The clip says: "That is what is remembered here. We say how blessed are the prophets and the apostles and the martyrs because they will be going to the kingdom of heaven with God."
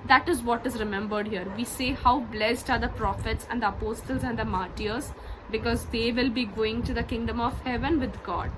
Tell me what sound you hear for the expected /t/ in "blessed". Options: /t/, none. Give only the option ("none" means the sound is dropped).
/t/